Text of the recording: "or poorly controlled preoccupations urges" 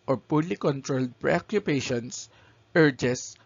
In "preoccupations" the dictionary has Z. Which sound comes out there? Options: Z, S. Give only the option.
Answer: S